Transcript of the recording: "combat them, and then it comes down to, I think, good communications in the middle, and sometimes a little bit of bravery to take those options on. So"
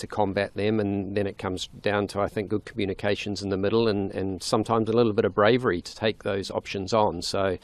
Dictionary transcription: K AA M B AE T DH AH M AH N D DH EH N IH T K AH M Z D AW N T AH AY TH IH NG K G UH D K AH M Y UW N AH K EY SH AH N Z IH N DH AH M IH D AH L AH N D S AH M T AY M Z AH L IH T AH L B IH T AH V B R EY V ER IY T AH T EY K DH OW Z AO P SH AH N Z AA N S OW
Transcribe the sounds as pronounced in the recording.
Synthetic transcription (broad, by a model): K AA M B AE T DH AH M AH N DH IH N IH T K AH M Z D AW N T AH AY TH IH NG K G UH D K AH M Y UW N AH K EY SH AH N Z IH N DH AH M IH D L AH N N S AH M T AY M Z AH L IH T L B IH T AH V B R EY V ER IY T AH T EY K DH OW Z AO P SH AH N Z N S OW